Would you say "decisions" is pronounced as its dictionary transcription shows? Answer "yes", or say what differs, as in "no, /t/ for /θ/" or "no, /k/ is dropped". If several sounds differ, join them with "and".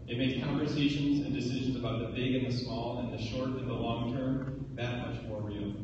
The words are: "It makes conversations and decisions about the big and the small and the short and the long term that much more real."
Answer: yes